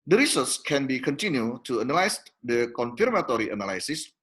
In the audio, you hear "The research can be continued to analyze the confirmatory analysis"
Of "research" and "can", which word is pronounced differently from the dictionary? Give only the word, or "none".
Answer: research